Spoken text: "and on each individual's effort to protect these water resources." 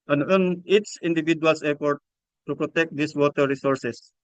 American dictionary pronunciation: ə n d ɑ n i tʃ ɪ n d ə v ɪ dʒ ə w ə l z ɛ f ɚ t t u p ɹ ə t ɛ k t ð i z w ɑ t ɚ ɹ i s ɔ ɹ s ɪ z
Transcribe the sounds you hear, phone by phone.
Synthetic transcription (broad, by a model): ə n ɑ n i s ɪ n d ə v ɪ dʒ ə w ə l s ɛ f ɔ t t u p ɹ ə t ɛ k t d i s w ɑ t ɚ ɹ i s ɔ ɹ s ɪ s